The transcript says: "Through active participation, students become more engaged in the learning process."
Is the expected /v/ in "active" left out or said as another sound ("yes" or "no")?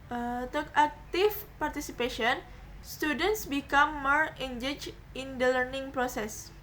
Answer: yes